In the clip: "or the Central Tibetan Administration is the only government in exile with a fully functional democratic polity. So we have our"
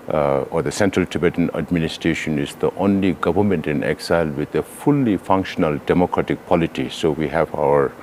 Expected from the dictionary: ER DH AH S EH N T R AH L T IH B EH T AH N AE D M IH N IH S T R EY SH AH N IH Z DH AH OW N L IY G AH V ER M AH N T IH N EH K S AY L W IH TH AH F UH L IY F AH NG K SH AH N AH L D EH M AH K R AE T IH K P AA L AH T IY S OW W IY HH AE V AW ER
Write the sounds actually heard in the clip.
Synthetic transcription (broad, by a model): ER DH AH S EH N T R AH L T IH B EH T AH N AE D M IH N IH S T R EY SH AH N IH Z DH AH OW N L IY G AH V ER M AH N T IH N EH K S AY L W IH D AH F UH L IY F AH NG K SH AH N AH L D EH M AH K R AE T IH K P AA L AH T IY S OW W IY HH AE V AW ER